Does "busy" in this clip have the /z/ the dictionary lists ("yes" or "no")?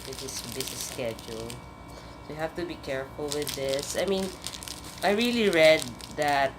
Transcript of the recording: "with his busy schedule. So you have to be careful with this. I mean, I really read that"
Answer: no